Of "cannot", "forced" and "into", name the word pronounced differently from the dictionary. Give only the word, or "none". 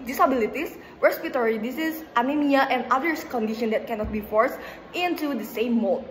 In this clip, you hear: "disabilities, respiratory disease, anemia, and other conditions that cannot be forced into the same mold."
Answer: none